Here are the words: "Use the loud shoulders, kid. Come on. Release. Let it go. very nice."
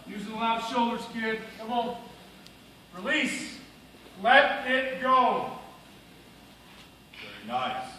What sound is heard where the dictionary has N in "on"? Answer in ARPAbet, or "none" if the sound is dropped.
L